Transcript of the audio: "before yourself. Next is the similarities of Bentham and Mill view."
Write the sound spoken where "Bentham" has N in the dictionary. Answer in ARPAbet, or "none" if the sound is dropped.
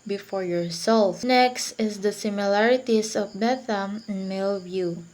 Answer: none